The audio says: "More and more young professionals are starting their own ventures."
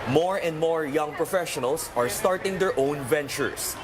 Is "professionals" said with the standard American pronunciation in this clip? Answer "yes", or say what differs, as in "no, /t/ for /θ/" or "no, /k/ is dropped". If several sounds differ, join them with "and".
no, /s/ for /z/